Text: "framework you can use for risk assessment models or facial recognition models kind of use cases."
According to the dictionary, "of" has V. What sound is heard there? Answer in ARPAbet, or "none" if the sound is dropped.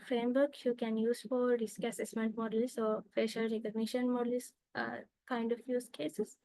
F